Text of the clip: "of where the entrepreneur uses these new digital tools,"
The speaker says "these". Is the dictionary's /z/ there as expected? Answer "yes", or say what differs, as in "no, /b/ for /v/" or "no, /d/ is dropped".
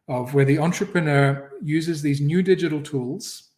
yes